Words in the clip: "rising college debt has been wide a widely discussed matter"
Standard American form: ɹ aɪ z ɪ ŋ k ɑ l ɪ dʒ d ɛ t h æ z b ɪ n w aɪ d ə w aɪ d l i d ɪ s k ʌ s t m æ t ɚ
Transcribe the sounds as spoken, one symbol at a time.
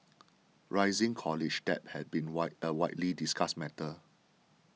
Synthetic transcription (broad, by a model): ɹ aɪ z ɪ ŋ k ɑ l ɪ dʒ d ɛ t h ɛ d b ɪ n w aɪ ə w aɪ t l i d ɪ s k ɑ s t m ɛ t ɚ